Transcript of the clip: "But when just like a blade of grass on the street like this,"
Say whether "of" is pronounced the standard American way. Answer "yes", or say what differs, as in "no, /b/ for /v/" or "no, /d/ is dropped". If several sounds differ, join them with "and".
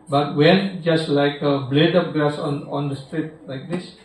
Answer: no, /p/ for /v/